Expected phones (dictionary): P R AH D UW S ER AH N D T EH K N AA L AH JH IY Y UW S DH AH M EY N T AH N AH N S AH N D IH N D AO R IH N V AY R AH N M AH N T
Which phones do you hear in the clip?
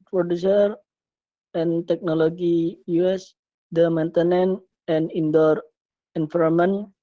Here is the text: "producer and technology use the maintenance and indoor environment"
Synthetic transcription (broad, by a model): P R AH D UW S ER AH N T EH K N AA L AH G IY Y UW S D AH M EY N T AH N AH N AH N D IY N D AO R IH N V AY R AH M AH N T